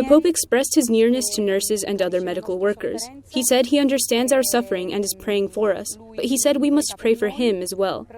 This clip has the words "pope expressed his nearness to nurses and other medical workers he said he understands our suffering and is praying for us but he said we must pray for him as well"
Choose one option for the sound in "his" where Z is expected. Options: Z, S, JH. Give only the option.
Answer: Z